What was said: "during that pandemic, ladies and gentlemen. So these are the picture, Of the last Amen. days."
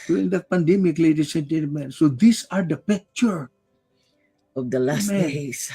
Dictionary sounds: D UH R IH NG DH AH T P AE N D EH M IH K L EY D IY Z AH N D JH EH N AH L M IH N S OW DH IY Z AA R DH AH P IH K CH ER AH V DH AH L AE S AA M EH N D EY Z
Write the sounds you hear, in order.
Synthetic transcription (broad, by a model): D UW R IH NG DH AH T P AE N D EH M IH K L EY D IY S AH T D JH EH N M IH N S OW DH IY S AA R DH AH P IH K CH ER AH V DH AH L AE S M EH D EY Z